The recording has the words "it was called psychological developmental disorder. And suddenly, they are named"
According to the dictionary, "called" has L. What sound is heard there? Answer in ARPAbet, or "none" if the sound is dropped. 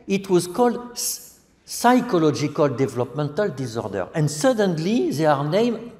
L